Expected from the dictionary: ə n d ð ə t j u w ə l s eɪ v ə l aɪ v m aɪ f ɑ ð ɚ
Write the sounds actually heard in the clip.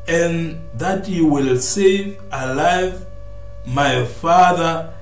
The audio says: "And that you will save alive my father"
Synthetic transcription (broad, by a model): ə n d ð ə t j u w ə l s eɪ v ə l aɪ v m aɪ f ɑ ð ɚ